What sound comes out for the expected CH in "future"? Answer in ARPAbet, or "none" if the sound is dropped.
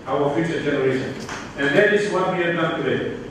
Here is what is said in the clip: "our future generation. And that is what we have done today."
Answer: SH